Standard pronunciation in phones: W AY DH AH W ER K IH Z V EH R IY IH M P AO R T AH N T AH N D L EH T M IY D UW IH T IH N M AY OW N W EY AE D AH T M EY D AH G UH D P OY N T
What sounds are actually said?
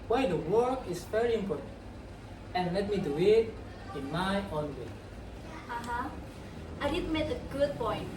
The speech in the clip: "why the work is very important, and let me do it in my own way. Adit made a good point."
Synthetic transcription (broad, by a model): W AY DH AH W ER K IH S V EH R IY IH M P AO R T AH N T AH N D L EH T M IY D UW IH T IH N M AY OW N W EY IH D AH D M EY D AH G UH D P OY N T